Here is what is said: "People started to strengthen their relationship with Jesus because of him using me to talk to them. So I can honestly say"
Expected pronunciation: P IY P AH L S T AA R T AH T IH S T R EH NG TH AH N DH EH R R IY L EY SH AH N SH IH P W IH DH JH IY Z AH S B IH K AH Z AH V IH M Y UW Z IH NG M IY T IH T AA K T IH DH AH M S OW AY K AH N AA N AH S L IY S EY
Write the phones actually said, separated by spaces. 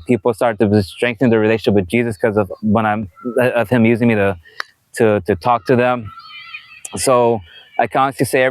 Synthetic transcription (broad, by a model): P IY P L S T AA R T T IH S T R EH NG TH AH N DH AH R R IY L EY AH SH SH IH P W IH DH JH IY Z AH S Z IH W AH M AH V IH M Y UW Z IH NG M IY T IH T AA K T IH DH AH M S OW AY K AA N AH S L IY S EY